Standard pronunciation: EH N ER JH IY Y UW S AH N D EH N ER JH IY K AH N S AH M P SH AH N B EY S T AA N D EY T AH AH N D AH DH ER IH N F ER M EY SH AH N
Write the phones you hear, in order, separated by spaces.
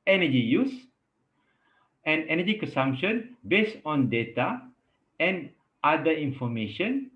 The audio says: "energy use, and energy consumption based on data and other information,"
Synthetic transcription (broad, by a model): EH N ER JH IY Y UW S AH N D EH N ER JH IY K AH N S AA M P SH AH N B EY S T AA N D EY T AH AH N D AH IY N F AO M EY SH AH N